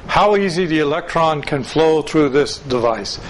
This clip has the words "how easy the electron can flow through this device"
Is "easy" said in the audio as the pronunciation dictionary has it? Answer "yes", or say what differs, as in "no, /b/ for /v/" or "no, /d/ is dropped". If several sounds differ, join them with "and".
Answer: yes